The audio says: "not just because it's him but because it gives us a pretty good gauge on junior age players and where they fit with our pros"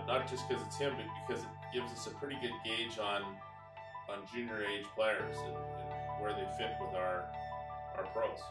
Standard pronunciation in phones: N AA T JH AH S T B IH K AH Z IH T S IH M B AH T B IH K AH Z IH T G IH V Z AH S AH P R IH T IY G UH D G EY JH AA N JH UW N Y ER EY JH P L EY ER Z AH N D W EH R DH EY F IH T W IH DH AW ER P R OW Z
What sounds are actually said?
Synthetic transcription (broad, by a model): N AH T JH AH S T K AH Z IH T S IH M B AH T B IH K AH Z IH T G IH V Z AH S AH P R IH T IY G UH D G EY JH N N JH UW N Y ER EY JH P L EY ER Z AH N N W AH R DH EY F IH T W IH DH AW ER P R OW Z